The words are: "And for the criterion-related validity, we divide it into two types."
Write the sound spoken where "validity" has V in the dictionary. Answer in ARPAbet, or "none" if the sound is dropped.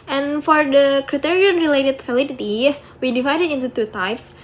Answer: F